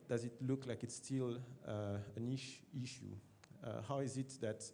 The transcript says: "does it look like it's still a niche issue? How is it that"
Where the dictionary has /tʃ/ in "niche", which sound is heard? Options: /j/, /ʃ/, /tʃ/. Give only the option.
/ʃ/